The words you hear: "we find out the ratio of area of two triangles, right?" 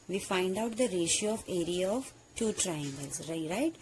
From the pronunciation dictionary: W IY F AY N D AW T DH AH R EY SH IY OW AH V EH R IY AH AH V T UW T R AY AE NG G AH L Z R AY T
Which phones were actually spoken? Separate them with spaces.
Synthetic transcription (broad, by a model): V IY F AY N D AW T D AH R EY SH IY OW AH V EH R IY AH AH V T UW T R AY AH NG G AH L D R AY T